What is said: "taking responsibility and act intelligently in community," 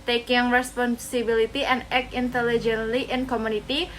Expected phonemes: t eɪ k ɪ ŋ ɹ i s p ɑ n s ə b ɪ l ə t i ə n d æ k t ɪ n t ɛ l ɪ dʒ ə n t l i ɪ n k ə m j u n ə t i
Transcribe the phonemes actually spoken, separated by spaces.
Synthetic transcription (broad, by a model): t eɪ k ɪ ŋ ɹ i s p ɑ n s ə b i l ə t i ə n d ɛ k ɪ n t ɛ l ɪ dʒ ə n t l i ɪ n k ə m u n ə t i